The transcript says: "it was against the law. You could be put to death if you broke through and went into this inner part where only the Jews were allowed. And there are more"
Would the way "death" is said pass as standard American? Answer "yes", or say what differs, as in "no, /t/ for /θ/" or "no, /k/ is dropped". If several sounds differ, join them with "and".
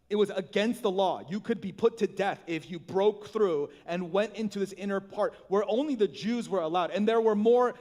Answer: yes